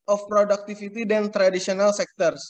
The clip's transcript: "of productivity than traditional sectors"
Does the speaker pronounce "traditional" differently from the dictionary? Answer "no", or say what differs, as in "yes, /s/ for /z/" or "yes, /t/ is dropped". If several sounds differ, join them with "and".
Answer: yes, /s/ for /ʃ/